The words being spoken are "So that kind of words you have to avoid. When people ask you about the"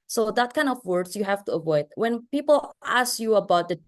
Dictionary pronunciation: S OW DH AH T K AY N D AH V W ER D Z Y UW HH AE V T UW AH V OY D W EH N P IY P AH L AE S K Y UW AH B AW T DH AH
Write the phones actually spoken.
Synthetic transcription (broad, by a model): S OW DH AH T K AY N D AH V W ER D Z Y UW HH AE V T UW AH V OY D W EH N P IY P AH L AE S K Y UW AH B AW T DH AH